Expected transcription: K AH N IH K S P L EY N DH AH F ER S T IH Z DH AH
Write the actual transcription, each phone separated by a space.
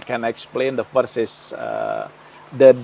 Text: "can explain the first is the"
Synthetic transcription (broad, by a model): K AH N IH K S P L EY N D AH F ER S IH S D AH